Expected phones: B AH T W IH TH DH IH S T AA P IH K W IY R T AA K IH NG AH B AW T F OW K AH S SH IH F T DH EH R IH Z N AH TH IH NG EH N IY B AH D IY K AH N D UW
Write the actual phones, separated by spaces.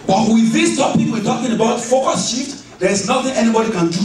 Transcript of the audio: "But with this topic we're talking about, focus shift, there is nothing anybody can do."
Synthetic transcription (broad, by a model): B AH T W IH DH IH S T AA P IH K W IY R T AA K IH NG AH B AW T F OW K AH S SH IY T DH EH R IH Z N AH TH IH NG EH N IY B AH D IY K AH N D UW